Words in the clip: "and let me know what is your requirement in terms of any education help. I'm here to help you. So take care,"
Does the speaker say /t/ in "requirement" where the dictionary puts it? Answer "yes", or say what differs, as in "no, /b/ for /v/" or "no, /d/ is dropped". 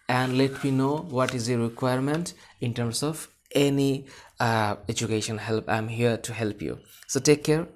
yes